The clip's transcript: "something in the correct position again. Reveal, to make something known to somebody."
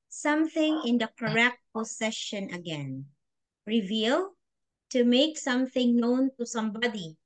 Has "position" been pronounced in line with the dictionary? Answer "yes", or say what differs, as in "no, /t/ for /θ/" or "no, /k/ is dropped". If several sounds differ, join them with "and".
no, /s/ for /z/